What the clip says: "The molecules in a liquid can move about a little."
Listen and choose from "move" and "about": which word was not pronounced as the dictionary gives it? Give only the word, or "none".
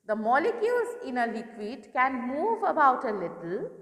none